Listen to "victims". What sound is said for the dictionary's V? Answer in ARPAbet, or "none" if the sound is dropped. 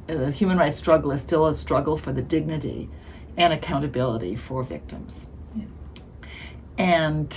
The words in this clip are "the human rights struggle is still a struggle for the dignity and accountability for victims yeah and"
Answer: V